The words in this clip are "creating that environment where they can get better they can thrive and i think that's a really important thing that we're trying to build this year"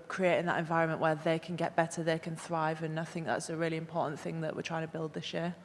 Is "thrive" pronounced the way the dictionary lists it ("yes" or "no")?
yes